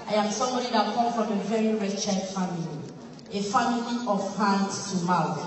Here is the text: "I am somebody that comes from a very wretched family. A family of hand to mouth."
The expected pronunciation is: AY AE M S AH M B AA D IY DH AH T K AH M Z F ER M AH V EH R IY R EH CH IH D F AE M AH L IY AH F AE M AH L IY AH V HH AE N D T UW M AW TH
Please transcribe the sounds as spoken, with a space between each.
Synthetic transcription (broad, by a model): AY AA M S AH M B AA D IY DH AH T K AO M F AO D AH V EH R IY R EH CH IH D F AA M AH L IY AH F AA M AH L IY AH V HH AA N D T UW M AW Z